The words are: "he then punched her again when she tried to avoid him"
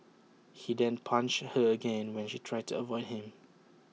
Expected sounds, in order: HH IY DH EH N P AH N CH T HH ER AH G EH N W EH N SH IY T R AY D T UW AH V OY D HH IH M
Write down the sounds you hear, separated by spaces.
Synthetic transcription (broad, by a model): HH IY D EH N P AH N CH HH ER AH G EH N W EH N SH IY T R AY D T UW AH V OY D HH IH M